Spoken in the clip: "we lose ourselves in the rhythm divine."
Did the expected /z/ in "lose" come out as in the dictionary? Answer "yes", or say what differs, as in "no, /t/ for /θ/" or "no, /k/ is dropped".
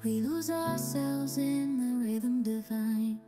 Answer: yes